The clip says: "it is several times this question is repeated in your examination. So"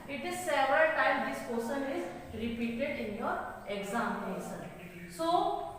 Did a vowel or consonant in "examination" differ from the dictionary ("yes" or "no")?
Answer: yes